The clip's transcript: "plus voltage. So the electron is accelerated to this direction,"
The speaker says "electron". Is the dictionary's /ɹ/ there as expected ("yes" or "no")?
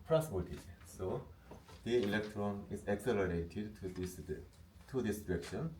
yes